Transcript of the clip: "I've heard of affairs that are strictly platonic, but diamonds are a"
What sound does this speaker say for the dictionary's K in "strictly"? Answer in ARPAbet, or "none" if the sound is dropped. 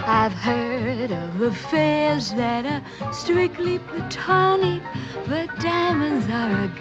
K